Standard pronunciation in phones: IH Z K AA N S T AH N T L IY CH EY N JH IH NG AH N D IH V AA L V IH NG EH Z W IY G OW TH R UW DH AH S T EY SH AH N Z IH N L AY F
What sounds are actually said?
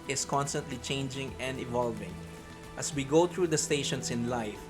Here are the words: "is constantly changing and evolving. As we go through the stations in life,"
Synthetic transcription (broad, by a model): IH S K AA N S T AH N T L IY CH EY N JH IH NG AH N D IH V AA L V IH NG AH S W IY G OW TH R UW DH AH S T EY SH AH N S IH N L AY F